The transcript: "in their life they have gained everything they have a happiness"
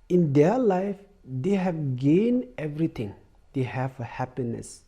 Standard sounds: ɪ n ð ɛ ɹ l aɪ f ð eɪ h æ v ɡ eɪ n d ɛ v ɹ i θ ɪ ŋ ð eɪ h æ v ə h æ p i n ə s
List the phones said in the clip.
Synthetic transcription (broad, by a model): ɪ n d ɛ l aɪ f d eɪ h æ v ɡ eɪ n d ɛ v ɹ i t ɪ ŋ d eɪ h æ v ə h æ p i n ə s